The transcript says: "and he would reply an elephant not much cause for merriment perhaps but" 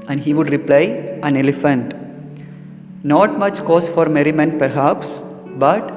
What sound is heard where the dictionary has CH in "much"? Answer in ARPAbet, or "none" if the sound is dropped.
CH